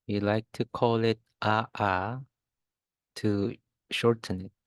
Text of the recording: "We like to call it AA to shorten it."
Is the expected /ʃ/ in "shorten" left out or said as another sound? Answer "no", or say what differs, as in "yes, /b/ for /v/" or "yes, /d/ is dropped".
no